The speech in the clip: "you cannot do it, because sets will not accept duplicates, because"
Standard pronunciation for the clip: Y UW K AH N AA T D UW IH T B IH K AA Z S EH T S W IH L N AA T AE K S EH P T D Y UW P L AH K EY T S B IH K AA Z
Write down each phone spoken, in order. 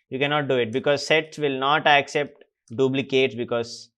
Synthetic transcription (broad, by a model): Y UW K AH N AA T D UW IH T B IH K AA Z S EH T S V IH L N AA T AE K S EH P T D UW B L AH K EY T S B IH K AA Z